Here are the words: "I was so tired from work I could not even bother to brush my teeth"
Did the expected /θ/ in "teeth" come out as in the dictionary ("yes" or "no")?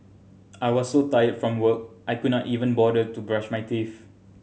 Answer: no